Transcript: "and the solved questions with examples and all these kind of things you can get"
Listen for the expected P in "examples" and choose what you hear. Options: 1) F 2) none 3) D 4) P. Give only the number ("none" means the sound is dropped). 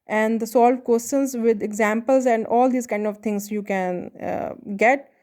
4